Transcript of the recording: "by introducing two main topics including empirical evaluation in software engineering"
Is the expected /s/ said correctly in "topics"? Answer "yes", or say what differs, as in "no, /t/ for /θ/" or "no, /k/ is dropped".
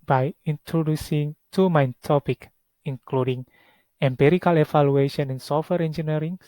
no, /s/ is dropped